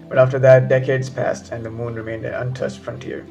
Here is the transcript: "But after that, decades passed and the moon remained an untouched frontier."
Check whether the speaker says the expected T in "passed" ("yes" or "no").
yes